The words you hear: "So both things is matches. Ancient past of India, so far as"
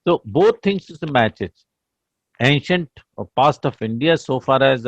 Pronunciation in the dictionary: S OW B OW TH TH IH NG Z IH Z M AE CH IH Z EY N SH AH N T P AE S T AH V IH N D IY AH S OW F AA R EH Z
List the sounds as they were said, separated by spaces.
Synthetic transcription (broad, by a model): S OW B OW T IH NG S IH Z M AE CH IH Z EY N SH AH N T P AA S T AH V IH N D IY AH S OW F AA R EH Z